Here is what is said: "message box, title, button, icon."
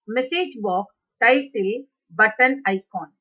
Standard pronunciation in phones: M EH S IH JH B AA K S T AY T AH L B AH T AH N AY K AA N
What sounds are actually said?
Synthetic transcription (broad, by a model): M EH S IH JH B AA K T AY T AH L B AH T AH N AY K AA N